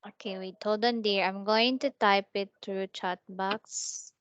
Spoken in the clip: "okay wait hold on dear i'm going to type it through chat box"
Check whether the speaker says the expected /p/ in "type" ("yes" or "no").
yes